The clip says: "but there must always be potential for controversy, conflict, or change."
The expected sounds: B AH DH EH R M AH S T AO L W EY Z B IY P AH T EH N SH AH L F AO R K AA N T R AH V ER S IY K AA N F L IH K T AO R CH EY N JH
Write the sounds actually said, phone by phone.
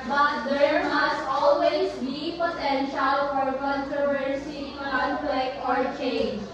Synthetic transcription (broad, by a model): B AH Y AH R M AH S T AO L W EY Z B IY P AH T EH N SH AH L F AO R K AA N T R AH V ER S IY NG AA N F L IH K AO R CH EY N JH